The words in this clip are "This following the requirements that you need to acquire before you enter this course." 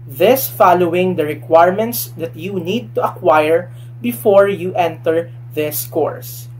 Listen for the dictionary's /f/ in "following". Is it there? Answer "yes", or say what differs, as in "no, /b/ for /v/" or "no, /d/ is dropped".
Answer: yes